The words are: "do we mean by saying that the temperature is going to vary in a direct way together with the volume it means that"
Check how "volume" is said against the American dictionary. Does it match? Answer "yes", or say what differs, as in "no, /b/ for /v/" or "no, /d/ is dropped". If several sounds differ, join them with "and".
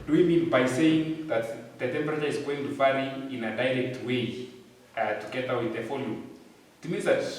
no, /f/ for /v/